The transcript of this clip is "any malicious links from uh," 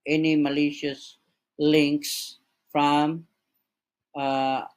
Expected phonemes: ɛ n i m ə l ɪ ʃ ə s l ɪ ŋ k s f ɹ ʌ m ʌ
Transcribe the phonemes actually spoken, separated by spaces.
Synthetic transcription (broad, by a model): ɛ n i m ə l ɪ ʃ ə s l ɪ ŋ k s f ɹ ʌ m